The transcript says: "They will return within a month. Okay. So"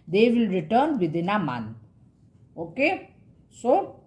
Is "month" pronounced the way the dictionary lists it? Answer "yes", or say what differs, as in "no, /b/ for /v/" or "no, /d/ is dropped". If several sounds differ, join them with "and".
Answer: no, /t/ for /θ/